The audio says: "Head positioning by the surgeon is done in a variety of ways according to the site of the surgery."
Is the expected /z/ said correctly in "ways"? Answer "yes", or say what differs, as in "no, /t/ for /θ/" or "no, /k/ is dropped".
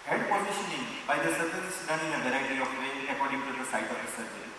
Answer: no, /z/ is dropped